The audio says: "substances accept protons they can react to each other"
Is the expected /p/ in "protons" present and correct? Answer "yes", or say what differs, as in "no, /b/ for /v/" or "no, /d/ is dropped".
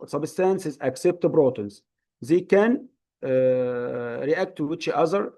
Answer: no, /b/ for /p/